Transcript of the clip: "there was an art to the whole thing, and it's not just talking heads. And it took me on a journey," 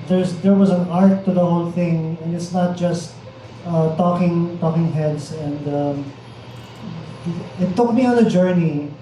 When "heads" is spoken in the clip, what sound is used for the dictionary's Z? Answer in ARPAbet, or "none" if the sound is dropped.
S